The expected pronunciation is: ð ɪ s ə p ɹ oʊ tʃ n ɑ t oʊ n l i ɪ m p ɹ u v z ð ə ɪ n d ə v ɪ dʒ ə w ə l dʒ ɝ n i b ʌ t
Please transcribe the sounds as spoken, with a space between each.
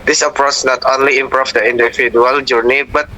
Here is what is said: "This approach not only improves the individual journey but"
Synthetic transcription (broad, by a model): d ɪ s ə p ɹ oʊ s n ɑ t oʊ n l i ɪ m p ɹ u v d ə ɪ n d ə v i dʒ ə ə l dʒ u n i b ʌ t